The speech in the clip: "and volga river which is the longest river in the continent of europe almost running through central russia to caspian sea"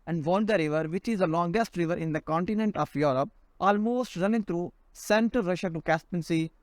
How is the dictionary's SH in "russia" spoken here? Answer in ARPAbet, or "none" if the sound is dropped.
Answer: SH